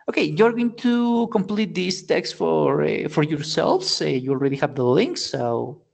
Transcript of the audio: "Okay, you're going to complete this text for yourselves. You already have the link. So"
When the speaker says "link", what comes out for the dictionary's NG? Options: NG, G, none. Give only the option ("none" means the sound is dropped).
NG